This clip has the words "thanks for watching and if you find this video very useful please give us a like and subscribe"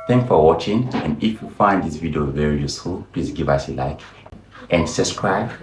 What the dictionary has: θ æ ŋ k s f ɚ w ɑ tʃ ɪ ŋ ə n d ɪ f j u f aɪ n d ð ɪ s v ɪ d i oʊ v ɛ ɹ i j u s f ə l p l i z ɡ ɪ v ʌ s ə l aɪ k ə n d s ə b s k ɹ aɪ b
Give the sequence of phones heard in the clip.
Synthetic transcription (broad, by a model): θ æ ŋ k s f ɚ w ɑ tʃ ɪ ŋ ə n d ɪ f j u f aɪ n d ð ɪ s v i d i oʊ v ɛ ɹ i j u s f ə l p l i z ɡ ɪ v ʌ s ə l aɪ k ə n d s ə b s k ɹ aɪ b